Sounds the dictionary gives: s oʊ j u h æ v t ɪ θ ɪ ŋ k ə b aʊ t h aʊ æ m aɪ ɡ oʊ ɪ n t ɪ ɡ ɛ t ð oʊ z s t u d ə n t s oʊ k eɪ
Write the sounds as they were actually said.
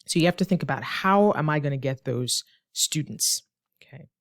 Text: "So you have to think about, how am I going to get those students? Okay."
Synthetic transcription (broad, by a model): s oʊ j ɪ h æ f t ɪ θ ɪ ŋ k ə b aʊ t h aʊ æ m aɪ ɡ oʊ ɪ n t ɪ ɡ ɛ t ð oʊ z s t u d n t s oʊ k eɪ